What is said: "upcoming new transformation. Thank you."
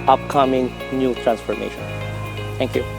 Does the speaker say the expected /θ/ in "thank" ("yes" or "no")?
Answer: no